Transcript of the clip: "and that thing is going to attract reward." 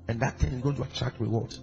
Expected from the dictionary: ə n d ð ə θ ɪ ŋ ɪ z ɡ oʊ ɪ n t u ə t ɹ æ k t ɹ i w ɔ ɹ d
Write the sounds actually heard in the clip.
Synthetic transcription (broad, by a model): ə n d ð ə t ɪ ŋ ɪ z ɡ oʊ ɪ n t u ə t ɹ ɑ k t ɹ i w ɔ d